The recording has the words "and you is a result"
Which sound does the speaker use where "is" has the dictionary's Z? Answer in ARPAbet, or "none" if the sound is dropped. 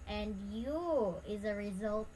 Z